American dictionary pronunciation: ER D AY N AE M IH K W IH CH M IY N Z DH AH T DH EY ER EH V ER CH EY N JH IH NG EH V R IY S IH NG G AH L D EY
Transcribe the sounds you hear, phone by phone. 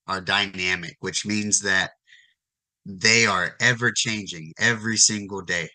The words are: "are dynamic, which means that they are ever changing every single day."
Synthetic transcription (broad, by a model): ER D AY N AE M IH K W IH CH M IY N Z DH AH T DH EY ER EH V ER CH EY N JH IH NG EH V R IY S IH NG G L D EY